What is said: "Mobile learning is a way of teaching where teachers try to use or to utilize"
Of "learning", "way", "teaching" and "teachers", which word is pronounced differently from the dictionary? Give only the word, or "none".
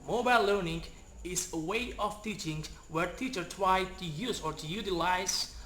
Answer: teachers